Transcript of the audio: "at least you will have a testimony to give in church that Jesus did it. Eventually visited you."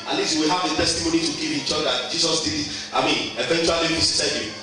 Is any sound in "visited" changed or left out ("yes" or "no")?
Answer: yes